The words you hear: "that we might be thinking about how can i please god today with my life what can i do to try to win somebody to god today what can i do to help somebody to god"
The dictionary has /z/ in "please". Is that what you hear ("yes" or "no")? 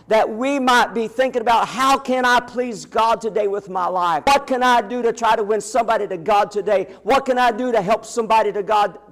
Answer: yes